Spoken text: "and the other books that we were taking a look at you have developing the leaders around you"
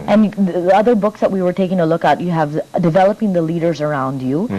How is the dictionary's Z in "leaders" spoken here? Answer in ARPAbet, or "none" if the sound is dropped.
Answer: Z